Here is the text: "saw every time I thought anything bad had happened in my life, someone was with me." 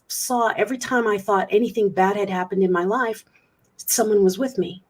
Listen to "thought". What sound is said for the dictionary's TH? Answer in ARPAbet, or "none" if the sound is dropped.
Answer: TH